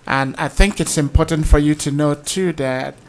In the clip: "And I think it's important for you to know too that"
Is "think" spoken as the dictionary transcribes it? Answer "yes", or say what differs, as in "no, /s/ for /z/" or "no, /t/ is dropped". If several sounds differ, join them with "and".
yes